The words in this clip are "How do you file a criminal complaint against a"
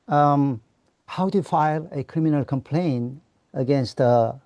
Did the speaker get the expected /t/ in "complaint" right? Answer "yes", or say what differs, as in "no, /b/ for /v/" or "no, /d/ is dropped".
no, /t/ is dropped